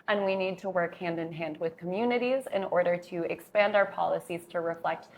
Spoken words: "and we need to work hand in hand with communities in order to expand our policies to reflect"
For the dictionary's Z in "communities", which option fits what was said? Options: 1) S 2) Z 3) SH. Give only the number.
2